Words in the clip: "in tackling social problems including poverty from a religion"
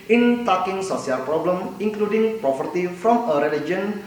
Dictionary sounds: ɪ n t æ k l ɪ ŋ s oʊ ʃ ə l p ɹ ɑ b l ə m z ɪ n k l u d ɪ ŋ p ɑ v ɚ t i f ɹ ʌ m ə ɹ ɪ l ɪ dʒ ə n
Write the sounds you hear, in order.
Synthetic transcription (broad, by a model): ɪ n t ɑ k ɪ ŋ s oʊ s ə l p ɹ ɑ b l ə m ɪ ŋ k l u d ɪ ŋ p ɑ p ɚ t i f ɹ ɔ m ə ɹ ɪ l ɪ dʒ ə n